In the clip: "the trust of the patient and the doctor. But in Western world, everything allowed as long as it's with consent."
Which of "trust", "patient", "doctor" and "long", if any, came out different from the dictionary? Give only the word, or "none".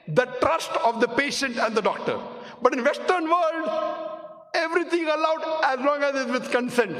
none